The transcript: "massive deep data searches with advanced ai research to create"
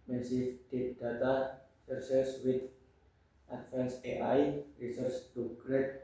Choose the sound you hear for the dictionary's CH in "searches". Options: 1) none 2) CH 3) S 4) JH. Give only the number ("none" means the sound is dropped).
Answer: 3